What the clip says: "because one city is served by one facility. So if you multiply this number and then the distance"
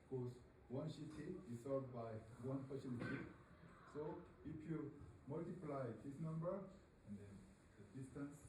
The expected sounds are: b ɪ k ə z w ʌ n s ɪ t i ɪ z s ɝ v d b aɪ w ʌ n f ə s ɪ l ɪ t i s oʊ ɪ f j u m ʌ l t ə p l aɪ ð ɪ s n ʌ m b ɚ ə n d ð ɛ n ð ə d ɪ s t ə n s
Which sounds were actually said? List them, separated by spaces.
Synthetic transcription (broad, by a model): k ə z w ʌ n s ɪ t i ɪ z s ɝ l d b aɪ w ʌ n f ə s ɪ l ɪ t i s oʊ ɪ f j u m ʌ l t ə p l aɪ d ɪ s n ʌ m b ɚ ə n d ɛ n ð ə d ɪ s t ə n s